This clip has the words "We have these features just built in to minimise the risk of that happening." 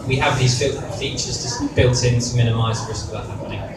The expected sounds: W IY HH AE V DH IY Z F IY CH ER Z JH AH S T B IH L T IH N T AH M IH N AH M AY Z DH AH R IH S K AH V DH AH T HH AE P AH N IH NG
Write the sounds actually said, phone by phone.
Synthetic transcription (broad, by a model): W IY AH V DH IY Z F IY CH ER Z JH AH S B IH L T IH N T AH M IH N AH M AY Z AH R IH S AH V DH AH T HH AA P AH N IH NG